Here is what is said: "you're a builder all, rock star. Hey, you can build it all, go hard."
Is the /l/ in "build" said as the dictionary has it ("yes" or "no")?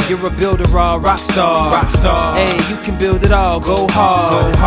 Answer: yes